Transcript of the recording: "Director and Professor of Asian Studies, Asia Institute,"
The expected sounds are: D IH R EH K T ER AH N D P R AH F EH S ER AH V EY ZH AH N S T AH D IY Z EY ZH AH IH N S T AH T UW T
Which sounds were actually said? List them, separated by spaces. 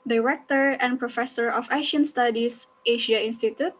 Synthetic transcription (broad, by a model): D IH R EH K T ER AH N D P R AH F EH S ER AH F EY SH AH N S T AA D IY S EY SH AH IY N S T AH T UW T